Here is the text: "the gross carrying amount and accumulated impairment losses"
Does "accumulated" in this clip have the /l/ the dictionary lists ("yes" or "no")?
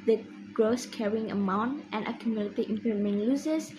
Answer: no